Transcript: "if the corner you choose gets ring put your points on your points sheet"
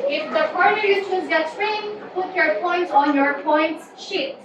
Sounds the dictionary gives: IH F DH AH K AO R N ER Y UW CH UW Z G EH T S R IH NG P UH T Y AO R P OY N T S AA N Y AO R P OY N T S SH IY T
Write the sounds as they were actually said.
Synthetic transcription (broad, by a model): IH F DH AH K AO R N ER Y UW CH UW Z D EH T R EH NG P UH T Y AO R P OY N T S AA N Y AO R P OY N T S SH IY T